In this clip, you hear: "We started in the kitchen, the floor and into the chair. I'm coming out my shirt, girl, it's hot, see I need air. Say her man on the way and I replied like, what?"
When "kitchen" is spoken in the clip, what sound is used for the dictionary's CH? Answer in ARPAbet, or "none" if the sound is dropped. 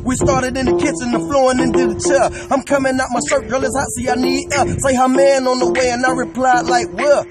S